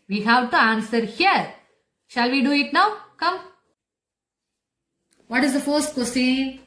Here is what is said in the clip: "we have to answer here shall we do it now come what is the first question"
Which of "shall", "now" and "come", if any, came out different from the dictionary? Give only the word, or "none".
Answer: none